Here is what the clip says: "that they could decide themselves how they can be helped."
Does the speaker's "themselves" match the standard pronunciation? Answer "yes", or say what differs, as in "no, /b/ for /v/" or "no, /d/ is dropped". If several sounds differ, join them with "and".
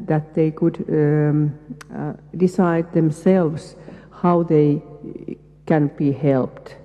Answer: no, /s/ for /z/